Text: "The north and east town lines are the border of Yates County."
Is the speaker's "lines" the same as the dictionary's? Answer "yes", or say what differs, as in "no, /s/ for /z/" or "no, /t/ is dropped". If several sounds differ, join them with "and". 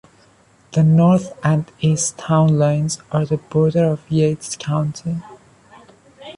yes